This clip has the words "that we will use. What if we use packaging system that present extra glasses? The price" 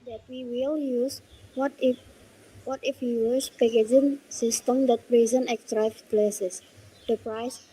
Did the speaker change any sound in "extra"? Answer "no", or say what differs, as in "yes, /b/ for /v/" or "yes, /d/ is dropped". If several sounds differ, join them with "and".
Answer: yes, /s/ is dropped